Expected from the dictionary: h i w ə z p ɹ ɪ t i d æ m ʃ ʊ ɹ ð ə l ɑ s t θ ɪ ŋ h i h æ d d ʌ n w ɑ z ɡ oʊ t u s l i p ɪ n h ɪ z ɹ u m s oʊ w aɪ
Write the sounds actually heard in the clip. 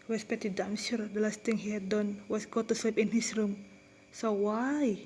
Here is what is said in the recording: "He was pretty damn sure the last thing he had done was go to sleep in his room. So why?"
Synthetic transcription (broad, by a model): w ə s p ɛ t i d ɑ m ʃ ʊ ɹ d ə l ɑ s t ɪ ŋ h i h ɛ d d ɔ n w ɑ s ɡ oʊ t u s l i p ɪ n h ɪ s ɹ u m s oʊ w aɪ